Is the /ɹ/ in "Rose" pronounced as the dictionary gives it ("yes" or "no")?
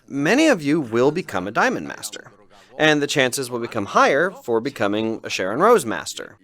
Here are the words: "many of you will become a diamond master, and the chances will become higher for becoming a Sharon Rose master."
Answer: yes